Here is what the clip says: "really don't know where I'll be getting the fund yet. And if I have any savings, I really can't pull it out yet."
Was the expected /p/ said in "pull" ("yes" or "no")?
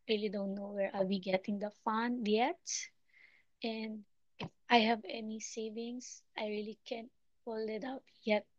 no